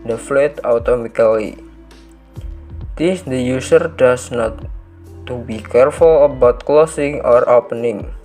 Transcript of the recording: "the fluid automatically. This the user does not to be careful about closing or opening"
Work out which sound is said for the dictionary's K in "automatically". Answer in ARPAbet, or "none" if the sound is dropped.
none